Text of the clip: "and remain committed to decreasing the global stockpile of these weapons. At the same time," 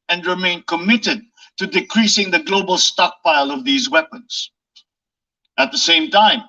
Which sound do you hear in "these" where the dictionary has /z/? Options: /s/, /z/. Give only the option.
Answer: /z/